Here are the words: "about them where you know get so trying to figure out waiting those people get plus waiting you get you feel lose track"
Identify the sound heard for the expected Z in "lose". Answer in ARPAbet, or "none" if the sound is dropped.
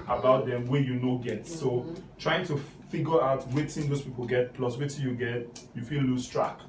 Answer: S